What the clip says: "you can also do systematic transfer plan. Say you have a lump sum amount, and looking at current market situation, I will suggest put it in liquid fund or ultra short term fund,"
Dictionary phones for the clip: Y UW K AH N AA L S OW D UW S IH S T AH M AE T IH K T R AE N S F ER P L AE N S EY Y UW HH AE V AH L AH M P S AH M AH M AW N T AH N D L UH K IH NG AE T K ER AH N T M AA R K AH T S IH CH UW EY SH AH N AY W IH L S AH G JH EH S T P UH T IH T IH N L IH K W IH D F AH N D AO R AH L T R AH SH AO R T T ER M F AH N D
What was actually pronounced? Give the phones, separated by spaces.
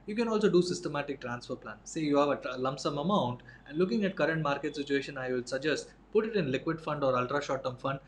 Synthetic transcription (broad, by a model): Y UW K AH N AA L S OW D UW S IH S T AH M AE T IH K T R AE N S F ER P L AE N S EY Y UW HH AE V AH L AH M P S AH M AH M AW N T AH N D L UH K IH NG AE T K ER AH N T M AA R K AH T S IH CH UW EY SH AH N AY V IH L S AH G JH EH S T P UH T IH T IH N L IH K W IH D F AH N D AO R AH L T R AH SH AO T T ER M F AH N D